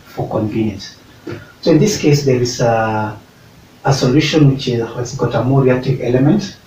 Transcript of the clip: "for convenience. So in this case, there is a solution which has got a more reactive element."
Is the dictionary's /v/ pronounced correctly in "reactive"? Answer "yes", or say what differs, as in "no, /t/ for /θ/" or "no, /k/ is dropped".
yes